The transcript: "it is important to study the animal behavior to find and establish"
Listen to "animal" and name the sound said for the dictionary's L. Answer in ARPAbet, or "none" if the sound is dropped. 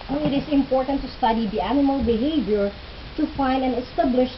L